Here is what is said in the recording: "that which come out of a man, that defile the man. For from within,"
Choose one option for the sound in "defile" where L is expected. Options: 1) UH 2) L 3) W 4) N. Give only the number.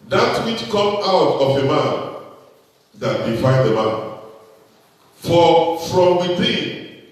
4